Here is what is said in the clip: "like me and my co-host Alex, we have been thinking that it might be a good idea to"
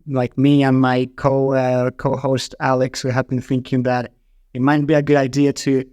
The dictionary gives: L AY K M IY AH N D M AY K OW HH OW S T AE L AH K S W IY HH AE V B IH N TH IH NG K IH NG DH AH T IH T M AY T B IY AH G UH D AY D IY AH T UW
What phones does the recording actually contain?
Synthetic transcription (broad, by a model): L AY K M IY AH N M AY K OW HH OW S T AE L AH K S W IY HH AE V B IH N TH IH NG K IH NG DH AH T IH T M AY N B IY AH G UH D AY D IY AH T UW